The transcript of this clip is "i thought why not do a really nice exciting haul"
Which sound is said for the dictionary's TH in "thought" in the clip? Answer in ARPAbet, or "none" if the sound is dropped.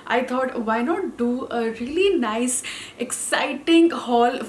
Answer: T